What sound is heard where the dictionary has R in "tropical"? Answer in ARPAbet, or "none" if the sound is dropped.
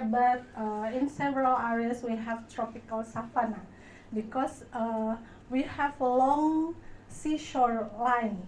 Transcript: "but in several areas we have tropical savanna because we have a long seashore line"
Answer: R